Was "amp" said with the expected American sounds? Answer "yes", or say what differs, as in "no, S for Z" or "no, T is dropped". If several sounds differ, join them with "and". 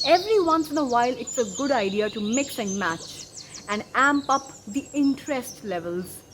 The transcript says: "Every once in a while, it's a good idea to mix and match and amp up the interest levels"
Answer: yes